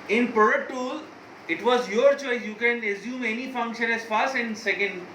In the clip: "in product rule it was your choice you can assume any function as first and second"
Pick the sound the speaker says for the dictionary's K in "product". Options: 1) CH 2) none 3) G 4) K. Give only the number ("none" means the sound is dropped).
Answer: 2